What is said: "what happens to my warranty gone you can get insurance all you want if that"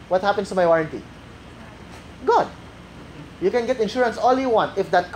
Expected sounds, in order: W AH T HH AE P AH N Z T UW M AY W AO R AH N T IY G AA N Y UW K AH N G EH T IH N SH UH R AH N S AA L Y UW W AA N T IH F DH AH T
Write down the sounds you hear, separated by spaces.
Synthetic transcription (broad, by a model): W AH T HH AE P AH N S T UW M AY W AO R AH N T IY G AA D Y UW K AH N G EH T IH N SH UH R AH N S AA L Y UW W AA N T IH F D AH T